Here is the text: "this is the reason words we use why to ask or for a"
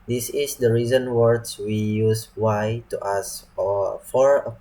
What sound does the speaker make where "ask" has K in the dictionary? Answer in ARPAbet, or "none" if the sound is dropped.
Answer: none